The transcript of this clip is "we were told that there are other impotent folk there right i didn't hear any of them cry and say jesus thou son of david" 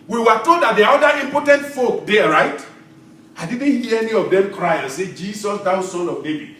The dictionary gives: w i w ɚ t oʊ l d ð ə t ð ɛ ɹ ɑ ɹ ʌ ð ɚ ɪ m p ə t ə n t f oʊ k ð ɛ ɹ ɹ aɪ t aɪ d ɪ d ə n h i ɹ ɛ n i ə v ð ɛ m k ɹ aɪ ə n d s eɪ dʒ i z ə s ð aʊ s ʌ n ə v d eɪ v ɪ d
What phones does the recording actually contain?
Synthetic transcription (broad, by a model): w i w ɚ t oʊ l d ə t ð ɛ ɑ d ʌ i m p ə t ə n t f oʊ k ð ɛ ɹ ɹ aɪ t aɪ d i d n h i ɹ ɛ n i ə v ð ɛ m k ɹ aɪ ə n s eɪ dʒ i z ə s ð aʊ s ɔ n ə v d eɪ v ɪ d